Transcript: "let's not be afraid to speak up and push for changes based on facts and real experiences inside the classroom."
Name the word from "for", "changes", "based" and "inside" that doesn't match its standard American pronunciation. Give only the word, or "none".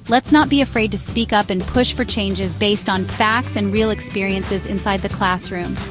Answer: none